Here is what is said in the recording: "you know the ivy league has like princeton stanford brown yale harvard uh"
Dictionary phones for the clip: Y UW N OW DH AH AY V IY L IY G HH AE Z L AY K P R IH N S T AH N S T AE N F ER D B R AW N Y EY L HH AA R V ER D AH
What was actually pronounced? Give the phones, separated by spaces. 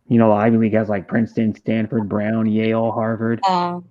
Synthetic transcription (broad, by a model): Y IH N OW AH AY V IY W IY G HH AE Z L AY K P R IH N S T AH N S T AE N F ER D B R AW N Y EY L HH AA R V ER D